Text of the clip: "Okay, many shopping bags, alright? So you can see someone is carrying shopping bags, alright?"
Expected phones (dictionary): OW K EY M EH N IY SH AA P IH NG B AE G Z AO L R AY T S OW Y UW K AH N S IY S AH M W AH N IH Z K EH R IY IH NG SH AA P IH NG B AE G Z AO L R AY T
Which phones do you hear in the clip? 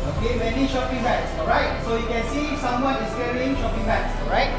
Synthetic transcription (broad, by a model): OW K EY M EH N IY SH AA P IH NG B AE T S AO R AY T S OW Y UW K AH N S IY S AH M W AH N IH S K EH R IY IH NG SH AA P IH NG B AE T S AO R AY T